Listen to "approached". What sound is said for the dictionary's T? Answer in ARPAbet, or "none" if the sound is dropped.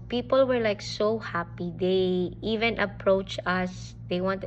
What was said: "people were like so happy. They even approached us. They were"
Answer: none